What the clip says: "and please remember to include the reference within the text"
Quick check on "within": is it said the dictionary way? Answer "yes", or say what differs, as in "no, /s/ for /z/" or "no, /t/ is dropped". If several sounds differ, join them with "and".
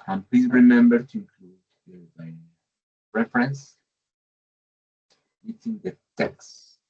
no, /t/ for /θ/